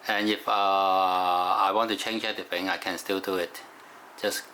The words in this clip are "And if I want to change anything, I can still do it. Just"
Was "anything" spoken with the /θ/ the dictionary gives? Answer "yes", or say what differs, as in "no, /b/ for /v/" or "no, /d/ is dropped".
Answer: no, /f/ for /θ/